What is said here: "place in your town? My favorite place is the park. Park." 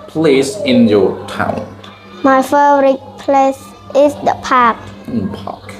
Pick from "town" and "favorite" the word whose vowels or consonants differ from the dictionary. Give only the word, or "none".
favorite